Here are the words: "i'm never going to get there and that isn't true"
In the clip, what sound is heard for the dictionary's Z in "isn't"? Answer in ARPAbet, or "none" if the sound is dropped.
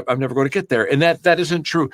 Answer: Z